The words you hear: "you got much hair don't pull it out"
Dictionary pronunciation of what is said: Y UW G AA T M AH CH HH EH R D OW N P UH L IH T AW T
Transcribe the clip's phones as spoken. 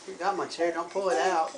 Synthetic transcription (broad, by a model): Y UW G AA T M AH S HH EH R D OW N P UH L IH T AW T